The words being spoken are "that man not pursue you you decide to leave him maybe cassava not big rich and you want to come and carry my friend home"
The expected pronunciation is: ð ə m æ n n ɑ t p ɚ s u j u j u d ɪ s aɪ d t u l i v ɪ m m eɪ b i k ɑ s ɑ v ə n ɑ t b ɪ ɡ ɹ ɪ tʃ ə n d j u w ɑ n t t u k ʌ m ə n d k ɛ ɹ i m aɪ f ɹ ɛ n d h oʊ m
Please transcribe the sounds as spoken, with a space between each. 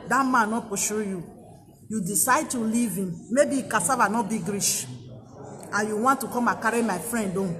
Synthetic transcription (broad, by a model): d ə m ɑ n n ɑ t p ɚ ʃ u j u j u d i s aɪ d t u l i v ɪ m m eɪ b i k ɑ s ɑ v ə n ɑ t b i ɡ ɹ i ʃ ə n j u w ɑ n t t u k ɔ m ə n k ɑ ɹ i m aɪ f ɹ ɛ n d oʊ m